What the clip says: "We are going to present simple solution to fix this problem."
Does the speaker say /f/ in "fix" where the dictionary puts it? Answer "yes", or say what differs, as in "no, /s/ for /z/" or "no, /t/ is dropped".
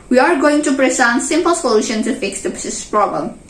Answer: yes